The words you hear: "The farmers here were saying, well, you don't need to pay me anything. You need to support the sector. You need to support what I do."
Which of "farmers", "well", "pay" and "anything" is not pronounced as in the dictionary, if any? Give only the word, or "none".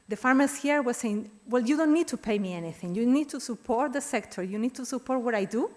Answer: farmers